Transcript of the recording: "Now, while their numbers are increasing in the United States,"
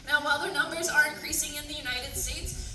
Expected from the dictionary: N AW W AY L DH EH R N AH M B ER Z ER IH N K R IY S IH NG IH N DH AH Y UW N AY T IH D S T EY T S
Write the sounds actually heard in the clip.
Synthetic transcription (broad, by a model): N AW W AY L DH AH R N AH M B ER Z ER IH N K R IY S IH NG IH N DH AH Y UW N AY T IH D S T EY T S